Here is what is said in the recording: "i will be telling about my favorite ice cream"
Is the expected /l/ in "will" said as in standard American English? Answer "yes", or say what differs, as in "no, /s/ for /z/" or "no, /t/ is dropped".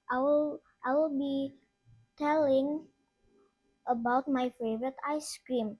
yes